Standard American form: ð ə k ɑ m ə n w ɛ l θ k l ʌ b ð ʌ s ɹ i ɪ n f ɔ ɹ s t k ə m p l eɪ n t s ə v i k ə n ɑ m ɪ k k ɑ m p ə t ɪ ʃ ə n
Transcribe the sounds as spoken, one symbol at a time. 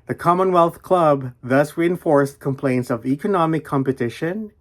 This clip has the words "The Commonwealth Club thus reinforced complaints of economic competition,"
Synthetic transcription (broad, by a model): ð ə k ɑ m ə n w ɛ l θ k l ʌ b ð ʌ s ɹ i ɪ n f ɔ ɹ s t k ə m p l eɪ n t s ə v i k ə n ɑ m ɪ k k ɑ m p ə t ɪ ʃ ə n